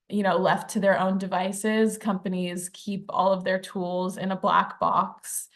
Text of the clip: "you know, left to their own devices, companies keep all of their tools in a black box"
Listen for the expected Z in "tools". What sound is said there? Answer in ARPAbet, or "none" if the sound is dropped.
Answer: Z